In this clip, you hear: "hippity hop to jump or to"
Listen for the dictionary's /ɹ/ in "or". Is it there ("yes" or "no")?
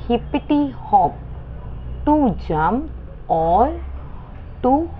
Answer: no